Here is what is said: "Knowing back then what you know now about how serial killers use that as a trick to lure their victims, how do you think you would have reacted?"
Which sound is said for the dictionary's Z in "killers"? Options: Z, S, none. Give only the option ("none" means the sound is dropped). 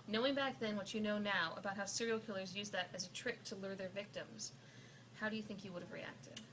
Z